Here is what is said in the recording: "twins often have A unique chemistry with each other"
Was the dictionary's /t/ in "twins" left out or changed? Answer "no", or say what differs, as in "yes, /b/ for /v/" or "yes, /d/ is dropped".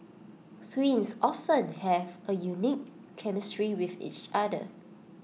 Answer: yes, /s/ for /t/